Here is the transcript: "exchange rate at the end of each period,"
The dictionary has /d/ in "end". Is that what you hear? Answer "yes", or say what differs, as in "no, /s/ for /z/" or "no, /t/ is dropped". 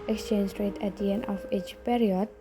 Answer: no, /d/ is dropped